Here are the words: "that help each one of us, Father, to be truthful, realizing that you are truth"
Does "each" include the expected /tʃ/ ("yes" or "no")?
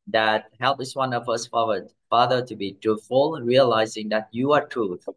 no